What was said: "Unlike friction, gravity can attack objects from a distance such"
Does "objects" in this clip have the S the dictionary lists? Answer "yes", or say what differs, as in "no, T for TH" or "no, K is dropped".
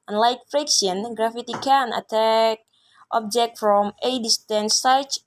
no, S is dropped